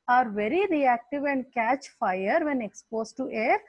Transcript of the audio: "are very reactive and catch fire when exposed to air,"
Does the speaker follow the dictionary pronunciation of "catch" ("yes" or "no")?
yes